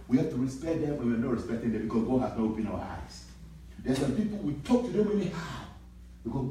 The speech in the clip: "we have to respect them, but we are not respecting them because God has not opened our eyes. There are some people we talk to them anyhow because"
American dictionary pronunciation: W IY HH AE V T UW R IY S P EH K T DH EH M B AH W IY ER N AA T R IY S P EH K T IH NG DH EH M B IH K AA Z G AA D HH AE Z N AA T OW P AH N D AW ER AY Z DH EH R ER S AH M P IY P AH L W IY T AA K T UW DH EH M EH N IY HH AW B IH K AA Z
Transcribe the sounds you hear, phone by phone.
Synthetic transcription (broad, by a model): W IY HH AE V T UW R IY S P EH T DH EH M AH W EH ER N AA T R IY S P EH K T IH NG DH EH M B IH K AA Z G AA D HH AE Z N AA T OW P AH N AW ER AY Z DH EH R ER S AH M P IY P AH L W IY T AA K T UW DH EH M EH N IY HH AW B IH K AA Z